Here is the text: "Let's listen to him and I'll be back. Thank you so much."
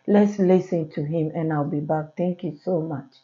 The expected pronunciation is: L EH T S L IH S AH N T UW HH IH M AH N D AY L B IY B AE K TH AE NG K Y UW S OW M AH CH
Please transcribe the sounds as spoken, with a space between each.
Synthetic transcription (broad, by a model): L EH T S L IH S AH N T UW HH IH M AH N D AY L B IY B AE K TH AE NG K Y UW S OW M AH CH